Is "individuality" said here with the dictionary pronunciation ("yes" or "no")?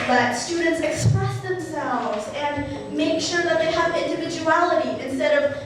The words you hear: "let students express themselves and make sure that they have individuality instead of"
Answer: yes